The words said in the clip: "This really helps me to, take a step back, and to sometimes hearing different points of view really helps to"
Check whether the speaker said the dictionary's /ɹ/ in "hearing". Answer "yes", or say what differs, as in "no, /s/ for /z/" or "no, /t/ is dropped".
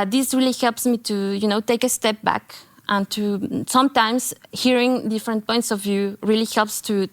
yes